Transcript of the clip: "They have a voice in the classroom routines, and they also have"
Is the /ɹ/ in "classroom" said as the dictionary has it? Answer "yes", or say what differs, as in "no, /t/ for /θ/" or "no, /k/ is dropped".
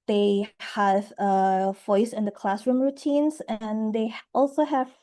yes